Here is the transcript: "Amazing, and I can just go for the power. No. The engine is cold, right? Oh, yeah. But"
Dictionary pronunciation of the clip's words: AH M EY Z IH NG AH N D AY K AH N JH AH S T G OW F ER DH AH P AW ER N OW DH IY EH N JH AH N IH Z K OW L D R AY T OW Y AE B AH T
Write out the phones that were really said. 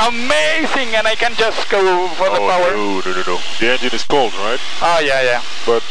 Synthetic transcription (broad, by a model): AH M EY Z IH NG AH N AY K AH N JH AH S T G OW F ER DH AH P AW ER N OW DH IY EH N JH AH N IH Z K OW L D R AY T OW Y AE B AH T